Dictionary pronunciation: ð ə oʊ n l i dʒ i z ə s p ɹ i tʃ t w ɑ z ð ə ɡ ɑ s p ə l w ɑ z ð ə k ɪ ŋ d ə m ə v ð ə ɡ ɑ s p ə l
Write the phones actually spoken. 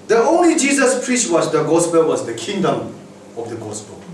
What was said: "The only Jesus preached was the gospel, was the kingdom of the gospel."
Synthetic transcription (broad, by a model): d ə oʊ n l i dʒ i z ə s p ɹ i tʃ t w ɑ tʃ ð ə ɡ ɑ s p ə l w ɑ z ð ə k ɪ ŋ d ə m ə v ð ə ɡ ɑ s p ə l